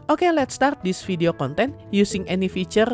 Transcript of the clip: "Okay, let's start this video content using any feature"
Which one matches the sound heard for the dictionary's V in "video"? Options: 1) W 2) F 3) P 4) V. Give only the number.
2